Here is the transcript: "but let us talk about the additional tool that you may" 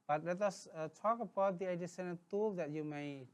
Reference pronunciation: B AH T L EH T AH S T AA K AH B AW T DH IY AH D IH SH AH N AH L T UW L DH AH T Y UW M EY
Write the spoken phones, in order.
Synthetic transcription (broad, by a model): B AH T L EH T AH S T AA K AH B AW T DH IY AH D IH S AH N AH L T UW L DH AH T Y UW M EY